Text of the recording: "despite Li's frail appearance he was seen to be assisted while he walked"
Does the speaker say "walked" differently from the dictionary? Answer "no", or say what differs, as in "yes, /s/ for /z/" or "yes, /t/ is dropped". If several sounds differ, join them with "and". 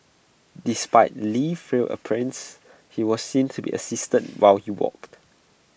no